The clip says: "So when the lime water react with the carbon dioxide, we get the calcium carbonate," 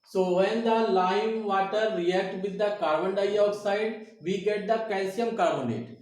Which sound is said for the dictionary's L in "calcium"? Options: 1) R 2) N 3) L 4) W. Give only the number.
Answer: 2